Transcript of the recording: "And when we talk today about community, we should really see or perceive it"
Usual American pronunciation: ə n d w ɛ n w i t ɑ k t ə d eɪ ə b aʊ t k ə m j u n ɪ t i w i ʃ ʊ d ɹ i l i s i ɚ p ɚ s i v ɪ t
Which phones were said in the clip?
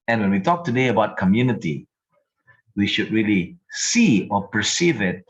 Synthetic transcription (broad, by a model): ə n w ɛ n w i t ɑ k t ə d eɪ ə b aʊ t k ə m j u n ɪ t i w i ʃ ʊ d ɹ i l i s i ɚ p ɚ s i v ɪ t